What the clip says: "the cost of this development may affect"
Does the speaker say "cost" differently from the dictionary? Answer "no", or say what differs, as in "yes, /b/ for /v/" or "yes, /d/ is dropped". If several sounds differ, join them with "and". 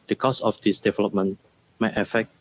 yes, /t/ is dropped